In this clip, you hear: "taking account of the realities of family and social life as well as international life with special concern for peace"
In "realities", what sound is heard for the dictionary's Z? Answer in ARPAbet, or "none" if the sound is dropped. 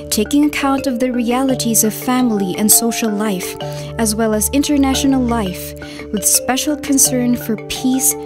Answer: Z